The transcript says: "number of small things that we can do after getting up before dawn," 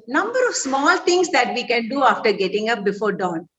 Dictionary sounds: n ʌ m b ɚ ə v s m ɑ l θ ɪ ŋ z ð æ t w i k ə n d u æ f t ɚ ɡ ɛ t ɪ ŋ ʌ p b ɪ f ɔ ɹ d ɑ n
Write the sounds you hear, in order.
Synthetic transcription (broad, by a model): n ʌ m b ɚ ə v s m ɑ l t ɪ ŋ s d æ t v i k ə n d u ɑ f t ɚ ɡ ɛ t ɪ ŋ ʌ p b ɪ f ɔ ɹ d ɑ n